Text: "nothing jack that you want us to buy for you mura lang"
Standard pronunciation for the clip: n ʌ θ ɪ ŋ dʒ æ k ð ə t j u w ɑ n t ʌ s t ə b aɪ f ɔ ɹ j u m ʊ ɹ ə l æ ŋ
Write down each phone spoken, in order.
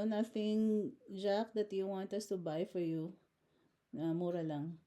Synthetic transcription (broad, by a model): n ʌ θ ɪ ŋ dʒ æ k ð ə t j u w ɑ n t ʌ s t ə b aɪ f ɔ ɹ j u m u ɹ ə l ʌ ŋ